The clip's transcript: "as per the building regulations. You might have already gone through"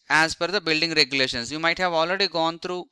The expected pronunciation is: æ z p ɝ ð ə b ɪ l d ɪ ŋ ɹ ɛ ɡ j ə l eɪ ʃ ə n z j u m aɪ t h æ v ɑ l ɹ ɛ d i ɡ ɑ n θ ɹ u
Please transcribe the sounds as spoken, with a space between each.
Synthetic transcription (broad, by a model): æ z f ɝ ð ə b ɪ l d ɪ ŋ ɹ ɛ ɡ j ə l eɪ ʃ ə n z j u m aɪ t h æ v ɑ l ɹ ɛ d i ɡ ɑ n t ɹ u